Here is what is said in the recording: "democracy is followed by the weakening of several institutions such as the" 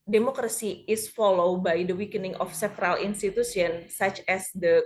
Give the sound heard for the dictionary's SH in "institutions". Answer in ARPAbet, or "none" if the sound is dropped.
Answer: S